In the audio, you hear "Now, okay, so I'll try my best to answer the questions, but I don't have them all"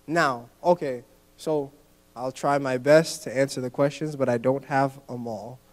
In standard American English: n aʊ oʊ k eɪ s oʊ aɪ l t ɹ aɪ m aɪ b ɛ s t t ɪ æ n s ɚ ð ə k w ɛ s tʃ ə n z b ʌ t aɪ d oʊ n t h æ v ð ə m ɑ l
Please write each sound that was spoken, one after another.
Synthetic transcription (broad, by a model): n aʊ oʊ k eɪ s oʊ aɪ l t ɹ aɪ m aɪ b ɛ s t t ɪ æ n s ɚ ð ə k w ɛ s tʃ ə n z b ʌ t aɪ d oʊ n t h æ v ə m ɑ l